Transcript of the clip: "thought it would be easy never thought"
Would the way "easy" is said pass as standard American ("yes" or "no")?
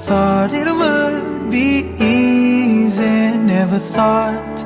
yes